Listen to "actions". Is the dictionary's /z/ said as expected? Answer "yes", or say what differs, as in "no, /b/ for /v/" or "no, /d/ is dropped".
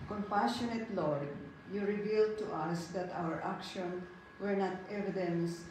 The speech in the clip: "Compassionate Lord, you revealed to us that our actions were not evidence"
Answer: no, /z/ is dropped